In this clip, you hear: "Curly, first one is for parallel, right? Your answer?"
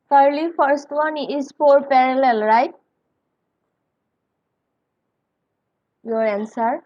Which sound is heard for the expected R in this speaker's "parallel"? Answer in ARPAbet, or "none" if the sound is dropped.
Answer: R